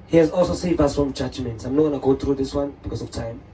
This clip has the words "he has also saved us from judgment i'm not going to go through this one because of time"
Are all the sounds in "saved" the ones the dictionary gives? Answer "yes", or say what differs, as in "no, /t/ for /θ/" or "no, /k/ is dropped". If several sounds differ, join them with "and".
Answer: no, /d/ is dropped